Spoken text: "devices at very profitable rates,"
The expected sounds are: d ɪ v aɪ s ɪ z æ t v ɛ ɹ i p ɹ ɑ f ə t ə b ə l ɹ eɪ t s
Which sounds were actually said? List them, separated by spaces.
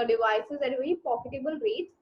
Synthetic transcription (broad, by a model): d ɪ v aɪ s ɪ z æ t v ɛ ɹ i p ɑ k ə t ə b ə l ɹ eɪ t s